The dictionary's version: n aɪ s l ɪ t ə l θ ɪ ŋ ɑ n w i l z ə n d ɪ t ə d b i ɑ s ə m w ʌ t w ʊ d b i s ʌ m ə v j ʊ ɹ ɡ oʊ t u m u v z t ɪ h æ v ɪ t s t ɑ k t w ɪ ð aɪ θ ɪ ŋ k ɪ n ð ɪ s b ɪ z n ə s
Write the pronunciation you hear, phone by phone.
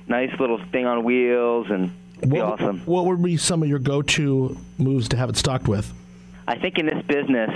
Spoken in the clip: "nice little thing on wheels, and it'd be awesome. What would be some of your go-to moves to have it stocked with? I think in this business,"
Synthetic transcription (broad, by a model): n aɪ s l ɪ t l θ ɪ ŋ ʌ n w i l z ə n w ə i ɑ s ə m w ʌ t w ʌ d b i s ʌ m ə v j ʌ ɹ ɡ oʊ t u m u v z t ɪ h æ v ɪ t s t ɑ k t w ɪ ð aɪ θ ɪ ŋ k ɪ n ð ɪ s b ɪ z n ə s